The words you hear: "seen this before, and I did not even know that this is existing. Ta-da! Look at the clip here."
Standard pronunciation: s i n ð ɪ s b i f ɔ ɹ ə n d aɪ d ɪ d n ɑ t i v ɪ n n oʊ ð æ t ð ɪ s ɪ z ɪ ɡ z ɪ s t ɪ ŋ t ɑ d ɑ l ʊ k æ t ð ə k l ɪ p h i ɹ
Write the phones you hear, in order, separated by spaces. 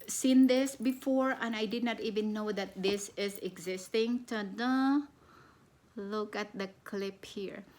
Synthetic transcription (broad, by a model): s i n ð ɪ s b i f ɔ ɹ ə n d aɪ d ɪ d n ɑ t i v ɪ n n oʊ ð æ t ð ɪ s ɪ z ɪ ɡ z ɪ s t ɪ ŋ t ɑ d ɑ l ʊ k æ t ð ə k l ɪ p h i ɹ